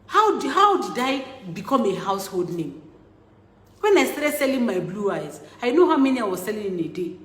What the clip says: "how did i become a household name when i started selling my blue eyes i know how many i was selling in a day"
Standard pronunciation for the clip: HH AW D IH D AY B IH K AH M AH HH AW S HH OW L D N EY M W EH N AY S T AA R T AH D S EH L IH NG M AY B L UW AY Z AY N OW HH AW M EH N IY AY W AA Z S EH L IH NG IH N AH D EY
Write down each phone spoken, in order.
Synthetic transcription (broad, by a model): HH AW D IH D AY B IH K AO M AH HH AW S HH OW L D N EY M W EH N AY S T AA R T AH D S EH L IH NG M AY B L UW AY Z AY N OW HH AW M EH N IY AY W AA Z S EH L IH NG IH N AH D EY